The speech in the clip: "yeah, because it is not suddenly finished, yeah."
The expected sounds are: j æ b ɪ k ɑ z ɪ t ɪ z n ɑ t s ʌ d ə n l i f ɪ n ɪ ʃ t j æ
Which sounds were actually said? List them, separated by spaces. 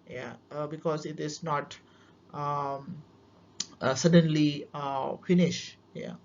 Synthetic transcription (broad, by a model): j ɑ b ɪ k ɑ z ɪ t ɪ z n ɑ t s ʌ d ə n l i f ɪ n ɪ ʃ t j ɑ